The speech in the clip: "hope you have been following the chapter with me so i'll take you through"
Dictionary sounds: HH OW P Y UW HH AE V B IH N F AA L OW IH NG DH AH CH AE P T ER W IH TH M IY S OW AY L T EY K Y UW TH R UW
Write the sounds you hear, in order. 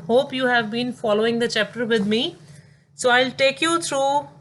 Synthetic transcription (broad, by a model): HH OW P Y UW HH AE V B IH N F AA L OW IH NG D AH CH AE P T ER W IH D M IY S OW AY L T EY K Y UW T R UW